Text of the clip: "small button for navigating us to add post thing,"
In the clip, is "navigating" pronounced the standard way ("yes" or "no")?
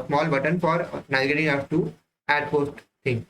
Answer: no